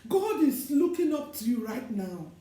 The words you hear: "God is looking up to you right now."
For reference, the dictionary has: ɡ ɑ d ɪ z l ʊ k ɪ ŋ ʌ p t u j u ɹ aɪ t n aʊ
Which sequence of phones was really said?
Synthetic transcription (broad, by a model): ɡ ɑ d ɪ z l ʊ k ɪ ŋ ʌ p t u j u ɹ aɪ t n aʊ